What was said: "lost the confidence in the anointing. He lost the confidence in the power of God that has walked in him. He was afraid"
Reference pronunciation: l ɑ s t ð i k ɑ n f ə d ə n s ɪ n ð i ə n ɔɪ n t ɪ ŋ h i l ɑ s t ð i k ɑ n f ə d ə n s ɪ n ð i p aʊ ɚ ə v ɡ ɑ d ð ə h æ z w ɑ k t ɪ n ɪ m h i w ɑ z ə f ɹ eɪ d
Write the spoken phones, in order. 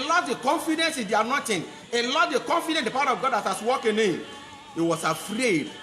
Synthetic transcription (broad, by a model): l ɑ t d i k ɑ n f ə d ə n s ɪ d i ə n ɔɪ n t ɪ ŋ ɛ l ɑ t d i k ɑ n f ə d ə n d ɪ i p aʊ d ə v ɡ ɑ d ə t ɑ s w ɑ k ɪ n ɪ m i w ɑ s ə f ɹ eɪ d